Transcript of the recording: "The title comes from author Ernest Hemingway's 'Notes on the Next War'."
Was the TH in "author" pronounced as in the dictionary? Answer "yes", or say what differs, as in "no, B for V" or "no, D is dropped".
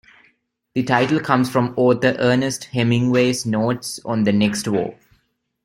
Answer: no, T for TH